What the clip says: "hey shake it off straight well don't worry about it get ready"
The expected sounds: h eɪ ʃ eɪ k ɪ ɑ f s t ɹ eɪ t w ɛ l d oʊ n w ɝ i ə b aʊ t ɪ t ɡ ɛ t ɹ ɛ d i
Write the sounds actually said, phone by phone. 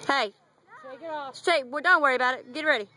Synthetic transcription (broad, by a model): h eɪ eɪ ɪ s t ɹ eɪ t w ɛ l d oʊ n w ɝ i ə b aʊ t ɪ t ɡ ɛ t ɹ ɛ d i